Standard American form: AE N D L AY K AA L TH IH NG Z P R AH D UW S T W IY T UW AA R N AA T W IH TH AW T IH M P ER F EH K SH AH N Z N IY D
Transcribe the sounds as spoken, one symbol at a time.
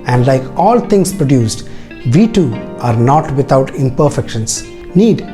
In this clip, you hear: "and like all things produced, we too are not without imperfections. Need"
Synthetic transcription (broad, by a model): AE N D L AY K AA L T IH NG S P R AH D UW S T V IY T UW AA R N AA T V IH T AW T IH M P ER F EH K SH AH N S N IY D